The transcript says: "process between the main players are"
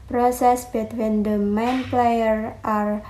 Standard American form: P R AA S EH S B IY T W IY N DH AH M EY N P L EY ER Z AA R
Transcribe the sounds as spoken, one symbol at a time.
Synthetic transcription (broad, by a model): P R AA S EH S B IY T W IY N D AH M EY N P L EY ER AA R